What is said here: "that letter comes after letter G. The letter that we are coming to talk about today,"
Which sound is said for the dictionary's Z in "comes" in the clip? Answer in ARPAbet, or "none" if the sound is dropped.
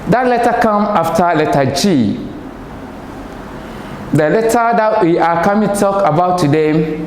none